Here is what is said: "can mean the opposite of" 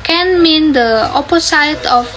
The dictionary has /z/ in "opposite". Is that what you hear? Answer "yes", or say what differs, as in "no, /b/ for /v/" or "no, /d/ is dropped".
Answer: no, /s/ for /z/